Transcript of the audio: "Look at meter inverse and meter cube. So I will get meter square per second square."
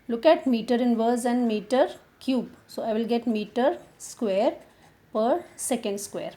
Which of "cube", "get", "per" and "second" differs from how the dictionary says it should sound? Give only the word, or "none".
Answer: none